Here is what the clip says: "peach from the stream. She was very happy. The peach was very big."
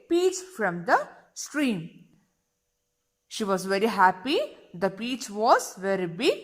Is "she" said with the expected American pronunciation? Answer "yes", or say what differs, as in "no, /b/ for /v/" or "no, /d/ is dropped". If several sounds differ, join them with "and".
yes